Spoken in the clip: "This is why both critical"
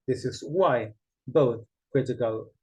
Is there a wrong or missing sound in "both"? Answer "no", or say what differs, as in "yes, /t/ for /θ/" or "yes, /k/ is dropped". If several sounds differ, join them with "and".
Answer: no